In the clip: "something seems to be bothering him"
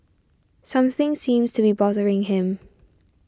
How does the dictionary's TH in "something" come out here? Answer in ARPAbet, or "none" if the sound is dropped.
TH